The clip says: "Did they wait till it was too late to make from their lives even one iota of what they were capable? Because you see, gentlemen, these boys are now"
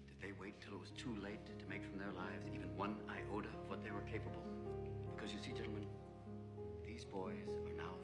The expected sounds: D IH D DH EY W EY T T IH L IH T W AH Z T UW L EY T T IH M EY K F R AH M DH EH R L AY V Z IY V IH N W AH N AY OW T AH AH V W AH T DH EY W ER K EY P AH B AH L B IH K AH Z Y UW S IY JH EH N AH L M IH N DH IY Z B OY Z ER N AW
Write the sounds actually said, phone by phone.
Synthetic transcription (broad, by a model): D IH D DH EY W EY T T IH L IH T W AH Z T UW L EY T T IH M EY K F R AH M DH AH R L AY V Z IY V IH N W AH N AY OW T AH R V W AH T DH EY W ER K EY P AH B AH L B IH K AH Z Y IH S IY JH EH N L M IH N DH IY Z B OY Z ER N AW